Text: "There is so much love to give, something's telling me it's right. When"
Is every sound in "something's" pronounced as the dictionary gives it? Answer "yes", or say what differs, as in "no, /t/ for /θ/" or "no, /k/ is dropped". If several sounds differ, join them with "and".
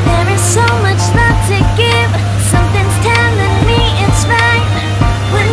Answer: yes